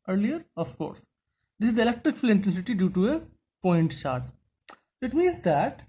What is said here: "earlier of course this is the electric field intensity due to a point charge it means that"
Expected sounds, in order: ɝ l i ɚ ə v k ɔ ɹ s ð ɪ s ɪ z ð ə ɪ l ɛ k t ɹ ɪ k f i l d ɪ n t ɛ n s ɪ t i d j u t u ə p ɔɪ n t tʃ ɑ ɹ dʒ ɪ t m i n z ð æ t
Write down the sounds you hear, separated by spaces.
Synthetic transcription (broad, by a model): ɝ l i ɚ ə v k ɔ ɹ s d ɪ s ɪ z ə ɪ l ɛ k t ɹ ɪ k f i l ɪ n t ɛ n s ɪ t i d j u t u ə p ɔɪ n t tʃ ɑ ɹ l ɪ t m i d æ t